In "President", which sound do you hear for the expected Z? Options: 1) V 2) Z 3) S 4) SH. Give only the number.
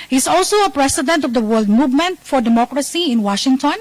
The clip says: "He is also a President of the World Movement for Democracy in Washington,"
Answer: 3